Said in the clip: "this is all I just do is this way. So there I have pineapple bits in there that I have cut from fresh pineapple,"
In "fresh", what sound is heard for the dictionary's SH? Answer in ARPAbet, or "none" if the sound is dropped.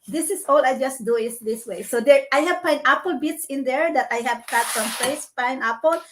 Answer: S